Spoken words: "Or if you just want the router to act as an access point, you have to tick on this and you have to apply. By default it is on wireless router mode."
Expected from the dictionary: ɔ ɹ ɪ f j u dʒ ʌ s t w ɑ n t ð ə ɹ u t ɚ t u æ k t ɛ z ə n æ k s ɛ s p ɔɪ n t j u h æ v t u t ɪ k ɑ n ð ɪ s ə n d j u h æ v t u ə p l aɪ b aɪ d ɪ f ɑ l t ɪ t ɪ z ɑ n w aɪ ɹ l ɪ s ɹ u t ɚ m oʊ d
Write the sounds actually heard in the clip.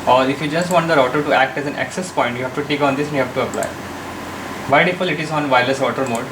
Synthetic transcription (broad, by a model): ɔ ɹ ɪ f j u dʒ ʌ s t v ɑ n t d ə ɹ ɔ t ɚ t u æ k t ɛ z ə n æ k s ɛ s p ɔɪ n t j u h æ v t u t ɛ k ɑ n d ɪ s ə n j u h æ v t u ə p l aɪ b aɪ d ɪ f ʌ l ɪ t ɪ z ɑ n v aɪ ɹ l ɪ s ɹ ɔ t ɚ m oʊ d